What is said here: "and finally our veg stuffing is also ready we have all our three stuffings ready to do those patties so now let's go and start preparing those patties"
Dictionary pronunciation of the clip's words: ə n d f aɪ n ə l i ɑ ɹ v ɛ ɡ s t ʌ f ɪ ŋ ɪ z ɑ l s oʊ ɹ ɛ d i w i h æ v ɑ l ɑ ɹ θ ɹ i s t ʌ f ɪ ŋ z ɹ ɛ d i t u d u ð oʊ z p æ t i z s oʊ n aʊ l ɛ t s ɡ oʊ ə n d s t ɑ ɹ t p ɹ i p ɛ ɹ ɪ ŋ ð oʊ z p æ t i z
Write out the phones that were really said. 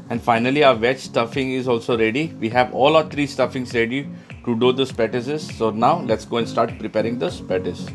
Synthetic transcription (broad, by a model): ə n d f aɪ n ə l i ɑ ɹ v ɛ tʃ s t ʌ f ɪ ŋ ɪ z ɑ l s oʊ ɹ ɛ d i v i h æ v ɑ l ɑ ɹ t ɹ i s t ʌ f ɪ ŋ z ɹ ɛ d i t u d u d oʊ s p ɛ t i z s oʊ n aʊ l ɛ t s ɡ oʊ ə n d s t ɑ ɹ t p ɹ i p ɛ ɹ ɪ ŋ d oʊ s p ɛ t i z